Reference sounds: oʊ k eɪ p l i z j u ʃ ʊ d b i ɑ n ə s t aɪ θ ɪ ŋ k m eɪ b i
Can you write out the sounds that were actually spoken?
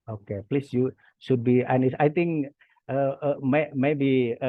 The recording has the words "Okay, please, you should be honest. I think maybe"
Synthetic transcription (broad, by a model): oʊ k eɪ p l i s j u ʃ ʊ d b i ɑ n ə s aɪ t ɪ ŋ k m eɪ b i